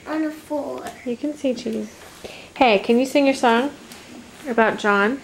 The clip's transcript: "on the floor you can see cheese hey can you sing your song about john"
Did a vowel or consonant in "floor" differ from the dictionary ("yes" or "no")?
yes